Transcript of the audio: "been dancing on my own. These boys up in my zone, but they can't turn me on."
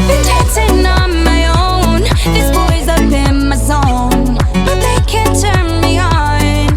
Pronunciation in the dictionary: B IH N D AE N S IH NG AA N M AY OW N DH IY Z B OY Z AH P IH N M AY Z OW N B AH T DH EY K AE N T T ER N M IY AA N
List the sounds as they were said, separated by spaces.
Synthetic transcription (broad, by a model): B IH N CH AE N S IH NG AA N M AY OW N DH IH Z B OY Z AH B IH N M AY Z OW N B AH T DH EY K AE N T T ER N M IY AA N